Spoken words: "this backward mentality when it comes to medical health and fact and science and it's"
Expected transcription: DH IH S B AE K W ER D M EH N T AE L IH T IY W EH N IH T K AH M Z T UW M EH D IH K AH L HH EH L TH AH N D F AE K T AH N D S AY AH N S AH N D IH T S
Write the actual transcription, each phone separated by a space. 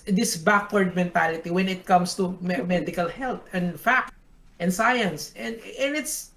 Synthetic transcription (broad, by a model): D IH S B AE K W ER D M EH N T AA L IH T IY W EH N IH T K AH M S T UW M EH D IH K AH L HH EH L T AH N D F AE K T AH N S AY AH N S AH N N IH T S